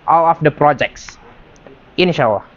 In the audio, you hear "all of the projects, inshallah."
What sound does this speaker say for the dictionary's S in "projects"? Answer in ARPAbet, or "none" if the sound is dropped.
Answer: S